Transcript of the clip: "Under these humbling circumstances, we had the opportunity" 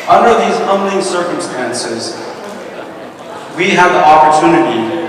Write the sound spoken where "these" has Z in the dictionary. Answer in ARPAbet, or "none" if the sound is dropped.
Z